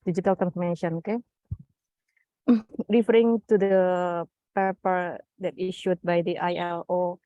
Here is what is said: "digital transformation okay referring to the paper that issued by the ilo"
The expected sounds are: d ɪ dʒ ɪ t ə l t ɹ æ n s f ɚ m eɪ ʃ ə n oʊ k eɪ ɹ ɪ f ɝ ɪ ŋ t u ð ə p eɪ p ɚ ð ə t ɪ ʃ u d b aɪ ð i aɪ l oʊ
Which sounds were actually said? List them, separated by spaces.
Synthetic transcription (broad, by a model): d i dʒ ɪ t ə l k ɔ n f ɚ m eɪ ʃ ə n oʊ k eɪ ɹ ɪ f ɝ ɪ ŋ t u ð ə p eɪ p ɚ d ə t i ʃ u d b aɪ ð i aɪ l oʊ